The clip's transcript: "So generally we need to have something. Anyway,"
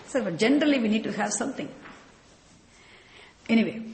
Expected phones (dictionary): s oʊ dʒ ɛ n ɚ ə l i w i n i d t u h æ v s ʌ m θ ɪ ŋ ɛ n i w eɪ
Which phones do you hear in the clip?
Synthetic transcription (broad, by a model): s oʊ dʒ ɛ n ɚ ə l i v i n i d t u h æ v s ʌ m t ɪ ŋ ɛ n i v eɪ